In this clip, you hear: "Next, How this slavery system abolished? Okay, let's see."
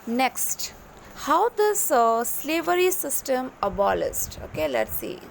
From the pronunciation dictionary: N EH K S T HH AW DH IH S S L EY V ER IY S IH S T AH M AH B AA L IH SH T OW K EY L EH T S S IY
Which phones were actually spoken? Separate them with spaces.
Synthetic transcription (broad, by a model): N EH K S T HH AW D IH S S L EY V ER IY S IH S T AH M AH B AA L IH S T OW K EY L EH T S S IY